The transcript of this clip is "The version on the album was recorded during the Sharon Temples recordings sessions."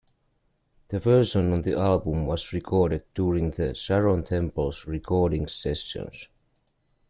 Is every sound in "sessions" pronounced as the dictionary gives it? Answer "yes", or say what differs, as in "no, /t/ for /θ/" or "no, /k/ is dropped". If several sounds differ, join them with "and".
no, /s/ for /ʃ/